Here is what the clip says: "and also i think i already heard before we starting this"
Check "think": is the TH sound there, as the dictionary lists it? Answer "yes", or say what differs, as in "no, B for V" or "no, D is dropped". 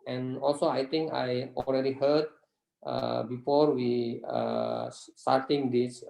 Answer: no, T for TH